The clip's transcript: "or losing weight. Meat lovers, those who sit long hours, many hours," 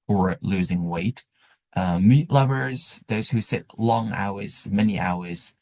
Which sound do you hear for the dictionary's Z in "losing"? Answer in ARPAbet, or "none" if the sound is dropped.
Z